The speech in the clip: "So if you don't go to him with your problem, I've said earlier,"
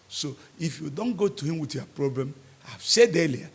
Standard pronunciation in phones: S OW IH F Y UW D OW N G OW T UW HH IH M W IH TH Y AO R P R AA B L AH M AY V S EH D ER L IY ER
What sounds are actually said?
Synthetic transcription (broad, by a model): S OW IH F Y UW D OW N G OW T UW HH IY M W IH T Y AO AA P R AA B L AH M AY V S EH D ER L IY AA